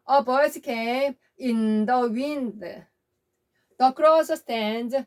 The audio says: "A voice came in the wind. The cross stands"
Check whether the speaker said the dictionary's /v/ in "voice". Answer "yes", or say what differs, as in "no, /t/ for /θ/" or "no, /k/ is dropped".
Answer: no, /b/ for /v/